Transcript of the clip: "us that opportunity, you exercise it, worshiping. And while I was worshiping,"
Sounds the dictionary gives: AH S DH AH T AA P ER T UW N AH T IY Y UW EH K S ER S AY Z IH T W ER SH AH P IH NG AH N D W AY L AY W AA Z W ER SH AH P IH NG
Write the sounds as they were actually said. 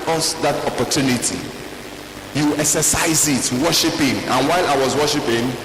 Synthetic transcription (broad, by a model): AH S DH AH T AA P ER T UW N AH T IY Y UW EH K S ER S AY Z IH T W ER SH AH P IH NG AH N W AY L AY W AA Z W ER SH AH P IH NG